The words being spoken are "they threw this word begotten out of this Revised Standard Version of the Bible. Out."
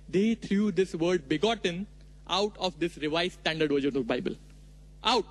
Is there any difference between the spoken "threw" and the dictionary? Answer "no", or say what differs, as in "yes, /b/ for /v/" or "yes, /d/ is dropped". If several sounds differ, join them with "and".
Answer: yes, /t/ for /θ/